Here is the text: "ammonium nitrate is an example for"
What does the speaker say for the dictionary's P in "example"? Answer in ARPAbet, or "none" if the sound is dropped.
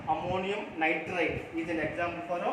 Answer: B